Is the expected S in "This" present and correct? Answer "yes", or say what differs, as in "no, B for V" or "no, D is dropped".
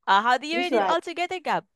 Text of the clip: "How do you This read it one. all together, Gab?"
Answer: no, S is dropped